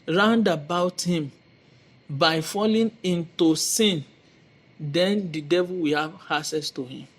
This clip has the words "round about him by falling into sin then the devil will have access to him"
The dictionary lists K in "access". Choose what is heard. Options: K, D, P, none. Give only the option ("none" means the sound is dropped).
none